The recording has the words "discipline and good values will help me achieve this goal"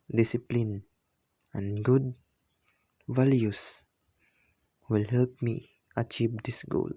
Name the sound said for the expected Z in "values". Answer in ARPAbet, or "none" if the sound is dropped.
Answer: S